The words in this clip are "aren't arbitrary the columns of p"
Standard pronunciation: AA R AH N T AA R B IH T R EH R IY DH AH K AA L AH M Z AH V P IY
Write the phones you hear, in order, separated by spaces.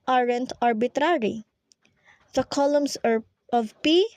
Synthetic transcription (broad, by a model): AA R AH N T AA R B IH T R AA R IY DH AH K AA L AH M S AH V P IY